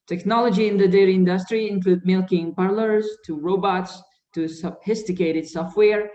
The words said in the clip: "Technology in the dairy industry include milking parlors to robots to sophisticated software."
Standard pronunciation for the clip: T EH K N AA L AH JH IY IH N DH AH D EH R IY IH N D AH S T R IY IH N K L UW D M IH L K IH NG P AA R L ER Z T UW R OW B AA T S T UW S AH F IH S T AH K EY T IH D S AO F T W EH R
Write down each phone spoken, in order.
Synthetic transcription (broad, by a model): T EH K N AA L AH JH IY IH N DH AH D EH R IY IH N D AH S T R IY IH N K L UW D M IH L K IH NG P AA R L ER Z T UW R OW B AA T S T UW S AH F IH S T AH K EY T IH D S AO F T W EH R